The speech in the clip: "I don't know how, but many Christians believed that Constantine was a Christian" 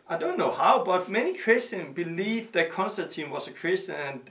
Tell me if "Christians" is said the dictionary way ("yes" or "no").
no